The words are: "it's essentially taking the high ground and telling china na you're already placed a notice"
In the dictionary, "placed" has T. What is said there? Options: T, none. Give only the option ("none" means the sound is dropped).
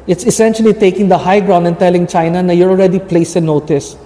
none